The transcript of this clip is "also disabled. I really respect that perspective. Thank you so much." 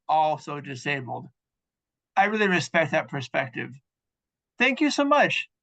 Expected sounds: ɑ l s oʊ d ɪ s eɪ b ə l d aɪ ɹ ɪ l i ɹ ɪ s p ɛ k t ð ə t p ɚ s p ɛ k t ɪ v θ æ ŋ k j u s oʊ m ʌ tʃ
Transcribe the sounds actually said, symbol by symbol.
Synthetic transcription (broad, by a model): ɑ l s oʊ d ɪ s eɪ b l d aɪ ɹ ɪ l i ɹ ɪ s p ɛ k t ð ə t p ɚ s p ɛ k t ɪ v θ æ ŋ k j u s oʊ m ʌ tʃ